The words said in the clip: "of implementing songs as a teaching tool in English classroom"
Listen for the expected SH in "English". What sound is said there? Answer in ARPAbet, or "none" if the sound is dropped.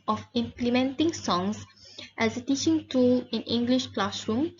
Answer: SH